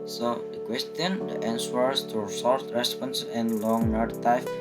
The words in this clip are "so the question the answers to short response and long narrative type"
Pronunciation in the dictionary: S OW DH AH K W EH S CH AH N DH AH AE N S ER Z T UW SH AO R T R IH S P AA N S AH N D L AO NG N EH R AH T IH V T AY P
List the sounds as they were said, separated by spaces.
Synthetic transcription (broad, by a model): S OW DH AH K W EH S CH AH N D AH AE N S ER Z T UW S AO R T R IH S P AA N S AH N L AO NG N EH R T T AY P